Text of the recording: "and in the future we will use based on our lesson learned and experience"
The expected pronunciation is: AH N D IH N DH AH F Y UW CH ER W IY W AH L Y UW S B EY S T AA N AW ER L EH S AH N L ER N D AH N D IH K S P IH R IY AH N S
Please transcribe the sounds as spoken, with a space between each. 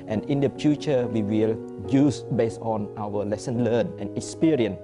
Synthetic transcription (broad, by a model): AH N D IH N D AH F Y UW CH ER W IY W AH L Y UW S B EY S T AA N AW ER L EH S AH N L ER N AH N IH K S P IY R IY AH N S